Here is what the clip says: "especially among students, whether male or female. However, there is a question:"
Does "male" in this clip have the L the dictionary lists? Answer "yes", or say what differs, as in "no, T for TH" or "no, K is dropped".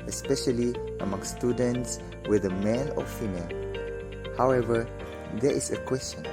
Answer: yes